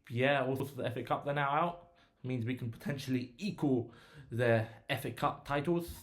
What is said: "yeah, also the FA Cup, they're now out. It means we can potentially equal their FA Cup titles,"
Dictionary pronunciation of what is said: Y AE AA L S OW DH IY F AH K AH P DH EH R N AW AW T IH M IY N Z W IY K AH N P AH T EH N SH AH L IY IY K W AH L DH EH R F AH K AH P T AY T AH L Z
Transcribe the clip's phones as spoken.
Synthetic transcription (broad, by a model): Y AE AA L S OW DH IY F AH K AH P DH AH N AW AW T M IY N Z W IY K AH N P AH T EH N SH AH L IY IY K W AH L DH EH F AH K AH P T AY T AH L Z